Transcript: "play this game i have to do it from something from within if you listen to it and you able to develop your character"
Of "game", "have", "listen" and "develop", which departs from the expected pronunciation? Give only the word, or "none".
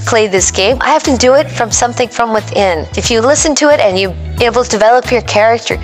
have